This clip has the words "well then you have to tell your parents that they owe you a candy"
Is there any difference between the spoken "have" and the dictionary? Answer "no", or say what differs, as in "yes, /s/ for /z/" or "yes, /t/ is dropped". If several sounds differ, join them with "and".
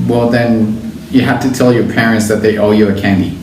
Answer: yes, /f/ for /v/